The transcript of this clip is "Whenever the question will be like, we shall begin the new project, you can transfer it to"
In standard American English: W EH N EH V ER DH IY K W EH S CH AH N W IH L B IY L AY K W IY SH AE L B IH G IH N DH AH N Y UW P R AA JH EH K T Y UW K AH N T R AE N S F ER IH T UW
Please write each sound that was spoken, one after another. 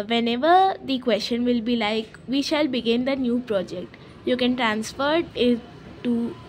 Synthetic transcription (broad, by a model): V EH N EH V ER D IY K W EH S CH AH N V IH L B IY L AY K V IY SH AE L B IH G IH N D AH N Y UW P R AA JH EH K T Y UW K AH N T R AE N S F ER IH T UW